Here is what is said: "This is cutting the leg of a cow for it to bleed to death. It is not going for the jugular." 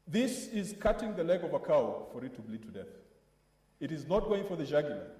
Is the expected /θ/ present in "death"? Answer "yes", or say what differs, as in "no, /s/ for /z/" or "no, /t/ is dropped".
yes